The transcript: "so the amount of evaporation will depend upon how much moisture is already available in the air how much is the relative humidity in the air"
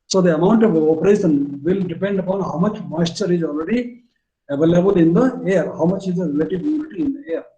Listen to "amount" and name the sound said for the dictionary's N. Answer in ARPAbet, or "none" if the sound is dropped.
N